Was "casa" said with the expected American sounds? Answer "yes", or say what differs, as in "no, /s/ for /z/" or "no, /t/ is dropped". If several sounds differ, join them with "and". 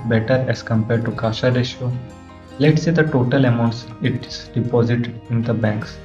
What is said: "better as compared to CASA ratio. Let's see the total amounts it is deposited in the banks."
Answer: no, /ʃ/ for /s/